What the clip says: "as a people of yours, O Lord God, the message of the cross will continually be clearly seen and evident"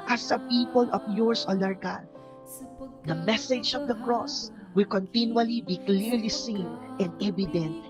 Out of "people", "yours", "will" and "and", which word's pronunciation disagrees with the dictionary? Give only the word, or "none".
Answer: yours